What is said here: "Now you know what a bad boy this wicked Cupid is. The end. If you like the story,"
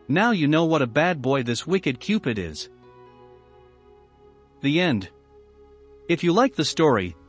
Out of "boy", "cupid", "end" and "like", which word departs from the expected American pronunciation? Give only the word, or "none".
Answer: none